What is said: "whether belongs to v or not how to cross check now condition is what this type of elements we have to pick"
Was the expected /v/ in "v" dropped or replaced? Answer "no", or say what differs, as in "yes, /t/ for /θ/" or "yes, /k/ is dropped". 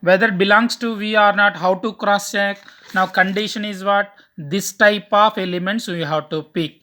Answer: no